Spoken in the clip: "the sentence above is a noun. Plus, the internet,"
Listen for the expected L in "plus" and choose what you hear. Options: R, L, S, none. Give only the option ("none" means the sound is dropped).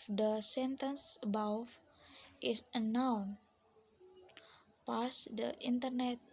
none